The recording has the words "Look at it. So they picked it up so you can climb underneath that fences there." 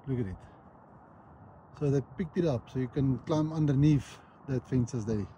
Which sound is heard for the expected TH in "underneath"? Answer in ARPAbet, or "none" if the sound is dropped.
F